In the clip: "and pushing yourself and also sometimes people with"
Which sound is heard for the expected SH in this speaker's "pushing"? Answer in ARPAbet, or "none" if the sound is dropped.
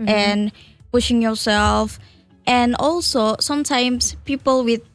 SH